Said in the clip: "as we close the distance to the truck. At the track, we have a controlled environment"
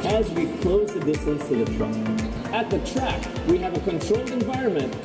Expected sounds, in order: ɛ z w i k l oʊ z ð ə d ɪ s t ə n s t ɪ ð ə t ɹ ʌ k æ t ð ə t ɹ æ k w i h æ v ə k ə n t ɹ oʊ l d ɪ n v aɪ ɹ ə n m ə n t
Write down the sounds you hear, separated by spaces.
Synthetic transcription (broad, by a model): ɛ z w i k l oʊ z ð ə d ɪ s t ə n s t ɪ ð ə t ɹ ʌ æ t ð ə t ɹ æ k w i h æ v ə k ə n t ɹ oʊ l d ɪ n v aɪ ɹ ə n m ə n t